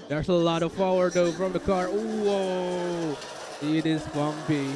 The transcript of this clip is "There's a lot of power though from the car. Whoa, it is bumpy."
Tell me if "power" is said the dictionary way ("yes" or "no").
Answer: no